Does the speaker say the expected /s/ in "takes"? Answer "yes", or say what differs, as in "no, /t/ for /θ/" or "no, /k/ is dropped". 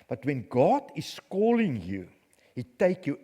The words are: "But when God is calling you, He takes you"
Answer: no, /s/ is dropped